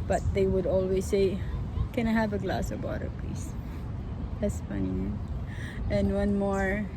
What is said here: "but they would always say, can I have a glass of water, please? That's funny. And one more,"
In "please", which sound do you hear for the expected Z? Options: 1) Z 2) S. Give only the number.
2